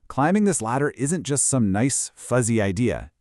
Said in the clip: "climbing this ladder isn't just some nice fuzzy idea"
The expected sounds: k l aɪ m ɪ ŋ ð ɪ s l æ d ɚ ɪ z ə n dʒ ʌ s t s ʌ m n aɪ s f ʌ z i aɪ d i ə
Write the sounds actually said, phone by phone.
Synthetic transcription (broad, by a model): k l aɪ m ɪ ŋ ð ɪ s l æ d ɚ ɪ z ə n dʒ ʌ s t s ʌ m n aɪ s f ʌ z i aɪ d i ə